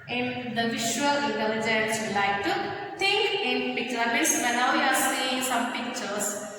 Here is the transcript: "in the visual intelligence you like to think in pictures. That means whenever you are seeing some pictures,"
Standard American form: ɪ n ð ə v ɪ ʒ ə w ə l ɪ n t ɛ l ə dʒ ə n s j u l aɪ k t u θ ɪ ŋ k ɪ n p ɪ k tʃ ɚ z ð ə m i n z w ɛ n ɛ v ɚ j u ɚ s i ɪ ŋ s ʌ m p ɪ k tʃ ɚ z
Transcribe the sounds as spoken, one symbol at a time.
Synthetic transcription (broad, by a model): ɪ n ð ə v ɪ ʃ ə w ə l ɪ n t ɛ l ə dʒ ə n s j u l aɪ k t u t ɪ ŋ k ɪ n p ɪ k tʃ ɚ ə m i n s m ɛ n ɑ ʊ j u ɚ s i ɪ ŋ s ʌ m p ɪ k tʃ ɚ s